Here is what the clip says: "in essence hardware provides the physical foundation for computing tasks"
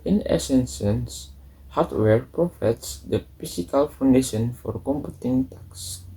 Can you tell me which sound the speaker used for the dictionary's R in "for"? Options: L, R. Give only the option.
R